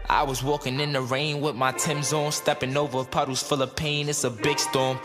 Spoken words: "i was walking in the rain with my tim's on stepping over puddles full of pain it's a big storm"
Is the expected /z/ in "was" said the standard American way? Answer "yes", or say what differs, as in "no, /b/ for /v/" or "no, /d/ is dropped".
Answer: yes